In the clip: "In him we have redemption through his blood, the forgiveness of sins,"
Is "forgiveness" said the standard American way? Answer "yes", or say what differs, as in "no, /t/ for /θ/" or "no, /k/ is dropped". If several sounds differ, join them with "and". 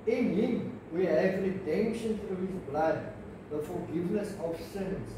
no, /l/ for /ɹ/